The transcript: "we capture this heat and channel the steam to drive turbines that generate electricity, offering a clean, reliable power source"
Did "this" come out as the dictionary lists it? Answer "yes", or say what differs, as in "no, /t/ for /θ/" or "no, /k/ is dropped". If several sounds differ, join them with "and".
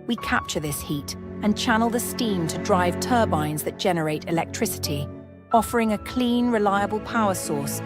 yes